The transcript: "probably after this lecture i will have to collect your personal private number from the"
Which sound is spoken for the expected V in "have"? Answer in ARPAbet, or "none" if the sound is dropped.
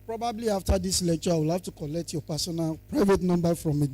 F